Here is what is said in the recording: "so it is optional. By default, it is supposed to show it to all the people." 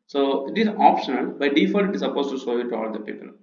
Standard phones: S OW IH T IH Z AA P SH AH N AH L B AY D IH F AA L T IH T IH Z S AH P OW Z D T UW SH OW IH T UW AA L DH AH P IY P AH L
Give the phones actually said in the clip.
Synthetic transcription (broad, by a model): S OW IH T IH Z AA P SH AH N AH L B AY D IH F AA T IH T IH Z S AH P OW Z T UW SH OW IH T UW AA L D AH P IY P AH L